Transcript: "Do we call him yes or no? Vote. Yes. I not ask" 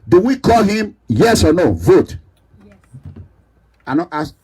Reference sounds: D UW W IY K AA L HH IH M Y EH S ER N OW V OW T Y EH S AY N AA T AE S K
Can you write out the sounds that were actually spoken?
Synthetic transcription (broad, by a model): D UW W IY K AA L HH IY M Y EH S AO N OW V OW T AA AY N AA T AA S